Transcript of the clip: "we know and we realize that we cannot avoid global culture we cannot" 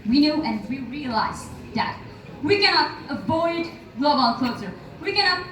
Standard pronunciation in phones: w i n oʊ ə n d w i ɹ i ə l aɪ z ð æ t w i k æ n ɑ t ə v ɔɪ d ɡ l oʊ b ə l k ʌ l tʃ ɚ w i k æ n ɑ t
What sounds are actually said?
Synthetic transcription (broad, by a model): w i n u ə n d w i ɹ i ə l aɪ z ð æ t w i k æ n ɑ t ə v ɔɪ d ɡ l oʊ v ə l k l s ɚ w i k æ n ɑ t